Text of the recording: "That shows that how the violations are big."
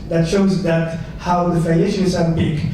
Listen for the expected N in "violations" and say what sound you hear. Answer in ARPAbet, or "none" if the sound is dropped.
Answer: none